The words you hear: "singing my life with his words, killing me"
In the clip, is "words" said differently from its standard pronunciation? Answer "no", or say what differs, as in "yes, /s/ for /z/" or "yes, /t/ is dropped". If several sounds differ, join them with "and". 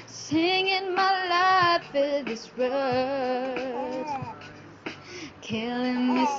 yes, /z/ is dropped